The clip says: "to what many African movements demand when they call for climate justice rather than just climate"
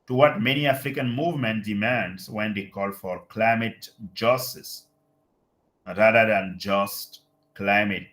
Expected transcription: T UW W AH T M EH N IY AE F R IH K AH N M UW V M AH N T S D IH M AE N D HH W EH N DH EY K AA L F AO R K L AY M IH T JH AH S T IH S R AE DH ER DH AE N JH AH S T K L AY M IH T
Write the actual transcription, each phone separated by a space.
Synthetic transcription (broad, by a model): T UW W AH T M EH N IY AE F R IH K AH N M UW V M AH N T D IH M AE N D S W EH N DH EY K AA L F AO R K L AY M IH T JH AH S T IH S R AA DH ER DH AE N JH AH S T K L AY M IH T